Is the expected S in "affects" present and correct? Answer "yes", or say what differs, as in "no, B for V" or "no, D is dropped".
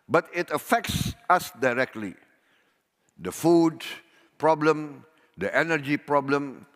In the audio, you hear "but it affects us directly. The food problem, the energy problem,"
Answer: yes